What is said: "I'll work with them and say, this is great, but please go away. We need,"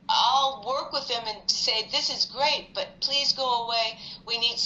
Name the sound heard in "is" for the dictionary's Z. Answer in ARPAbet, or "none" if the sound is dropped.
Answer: Z